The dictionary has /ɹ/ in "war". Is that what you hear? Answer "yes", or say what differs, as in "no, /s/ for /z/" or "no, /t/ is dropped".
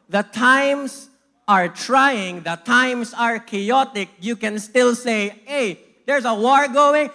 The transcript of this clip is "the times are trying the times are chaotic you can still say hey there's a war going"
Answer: yes